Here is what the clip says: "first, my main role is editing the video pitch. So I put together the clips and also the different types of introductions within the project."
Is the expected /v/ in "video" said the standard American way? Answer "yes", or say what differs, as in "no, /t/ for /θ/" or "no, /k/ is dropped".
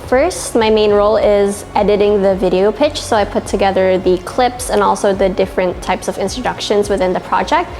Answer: yes